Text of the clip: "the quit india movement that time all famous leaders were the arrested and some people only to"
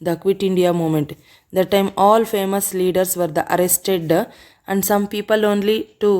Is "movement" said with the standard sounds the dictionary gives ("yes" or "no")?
no